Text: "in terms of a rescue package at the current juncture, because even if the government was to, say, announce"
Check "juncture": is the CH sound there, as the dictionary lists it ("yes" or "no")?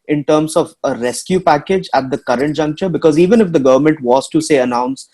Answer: yes